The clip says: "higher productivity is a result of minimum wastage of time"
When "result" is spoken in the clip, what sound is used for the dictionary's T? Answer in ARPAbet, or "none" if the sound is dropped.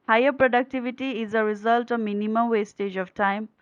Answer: T